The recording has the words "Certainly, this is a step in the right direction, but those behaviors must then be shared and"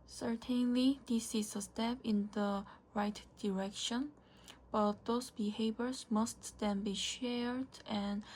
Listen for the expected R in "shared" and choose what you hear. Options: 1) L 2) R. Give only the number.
2